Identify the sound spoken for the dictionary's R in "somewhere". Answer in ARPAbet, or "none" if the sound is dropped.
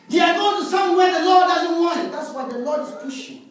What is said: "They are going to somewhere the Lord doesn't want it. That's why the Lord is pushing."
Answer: W